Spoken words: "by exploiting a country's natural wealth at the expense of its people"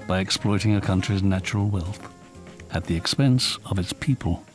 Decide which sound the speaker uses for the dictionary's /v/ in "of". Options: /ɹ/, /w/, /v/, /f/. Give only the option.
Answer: /v/